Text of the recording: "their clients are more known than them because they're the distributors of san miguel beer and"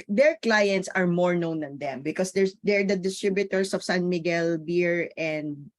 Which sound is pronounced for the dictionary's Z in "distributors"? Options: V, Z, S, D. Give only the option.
S